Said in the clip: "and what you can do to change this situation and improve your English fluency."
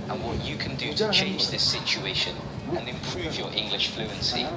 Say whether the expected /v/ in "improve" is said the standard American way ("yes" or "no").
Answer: yes